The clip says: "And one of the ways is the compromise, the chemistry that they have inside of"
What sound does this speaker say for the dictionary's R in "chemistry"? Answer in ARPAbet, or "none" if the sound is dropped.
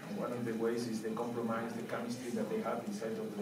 none